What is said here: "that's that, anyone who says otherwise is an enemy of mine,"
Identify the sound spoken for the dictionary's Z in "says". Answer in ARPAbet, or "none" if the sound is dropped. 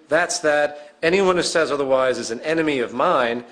Z